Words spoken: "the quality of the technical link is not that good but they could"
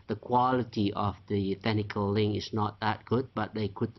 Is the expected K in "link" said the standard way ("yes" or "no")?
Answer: no